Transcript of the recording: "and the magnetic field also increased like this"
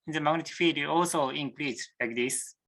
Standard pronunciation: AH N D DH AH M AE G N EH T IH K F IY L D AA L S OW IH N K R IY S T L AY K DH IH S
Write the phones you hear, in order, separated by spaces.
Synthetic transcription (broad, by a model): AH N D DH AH M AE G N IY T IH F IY D AA L S OW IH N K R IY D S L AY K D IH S